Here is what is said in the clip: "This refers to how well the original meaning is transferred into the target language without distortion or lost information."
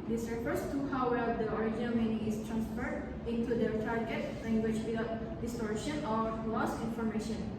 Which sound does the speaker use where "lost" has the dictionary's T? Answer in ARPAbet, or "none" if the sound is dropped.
none